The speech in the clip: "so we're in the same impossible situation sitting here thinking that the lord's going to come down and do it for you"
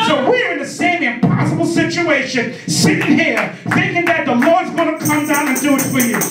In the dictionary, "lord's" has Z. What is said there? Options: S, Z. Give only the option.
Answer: Z